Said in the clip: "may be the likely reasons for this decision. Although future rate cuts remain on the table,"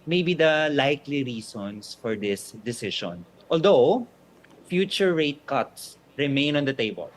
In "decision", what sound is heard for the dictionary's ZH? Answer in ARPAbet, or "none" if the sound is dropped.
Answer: SH